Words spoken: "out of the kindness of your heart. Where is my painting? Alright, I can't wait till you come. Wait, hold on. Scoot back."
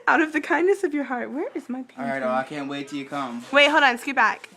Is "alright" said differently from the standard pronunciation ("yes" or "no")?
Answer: yes